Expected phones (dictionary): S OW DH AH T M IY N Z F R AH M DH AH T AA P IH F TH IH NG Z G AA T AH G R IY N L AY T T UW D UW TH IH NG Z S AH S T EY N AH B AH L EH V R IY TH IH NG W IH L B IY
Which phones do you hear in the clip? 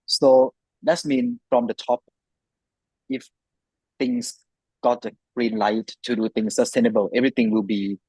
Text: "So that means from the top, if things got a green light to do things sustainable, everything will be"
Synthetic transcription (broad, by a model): S OW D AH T M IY N F R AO M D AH T AA P IH F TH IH NG S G AA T AH G R IY N L AY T T UW D UW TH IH NG S AH S T EY N AH B AH L EH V R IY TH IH NG W IH L B IY